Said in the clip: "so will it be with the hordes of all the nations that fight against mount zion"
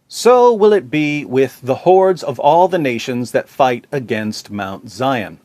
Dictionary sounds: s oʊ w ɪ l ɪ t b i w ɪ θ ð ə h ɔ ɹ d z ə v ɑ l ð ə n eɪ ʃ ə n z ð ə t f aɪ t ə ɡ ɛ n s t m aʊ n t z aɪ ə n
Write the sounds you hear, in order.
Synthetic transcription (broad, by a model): s oʊ w ɪ l ɪ t b i w ɪ ð ə h ɔ ɹ d z ə v ɑ l ð ə n eɪ ʃ ə n z ð ə t f aɪ t ə ɡ ɛ n s t m aʊ n t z aɪ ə n